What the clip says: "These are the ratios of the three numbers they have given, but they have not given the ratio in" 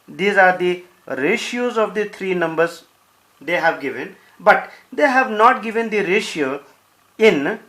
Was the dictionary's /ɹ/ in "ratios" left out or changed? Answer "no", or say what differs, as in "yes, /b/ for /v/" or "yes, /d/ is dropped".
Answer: no